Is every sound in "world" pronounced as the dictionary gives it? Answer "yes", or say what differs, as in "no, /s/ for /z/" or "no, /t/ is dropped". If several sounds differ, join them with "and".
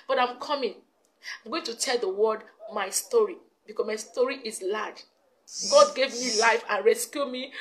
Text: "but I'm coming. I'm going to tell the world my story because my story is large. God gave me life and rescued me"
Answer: no, /l/ is dropped